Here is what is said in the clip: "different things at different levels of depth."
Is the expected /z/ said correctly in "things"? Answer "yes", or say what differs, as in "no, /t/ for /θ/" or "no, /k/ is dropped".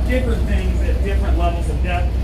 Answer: yes